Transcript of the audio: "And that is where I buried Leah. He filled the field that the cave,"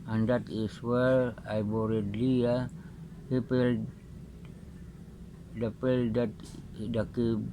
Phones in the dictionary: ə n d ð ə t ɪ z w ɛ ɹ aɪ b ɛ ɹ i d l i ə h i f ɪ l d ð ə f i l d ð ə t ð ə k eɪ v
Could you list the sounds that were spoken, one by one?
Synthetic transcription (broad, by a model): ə n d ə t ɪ s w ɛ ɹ aɪ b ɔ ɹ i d l i ə h i p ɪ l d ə p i l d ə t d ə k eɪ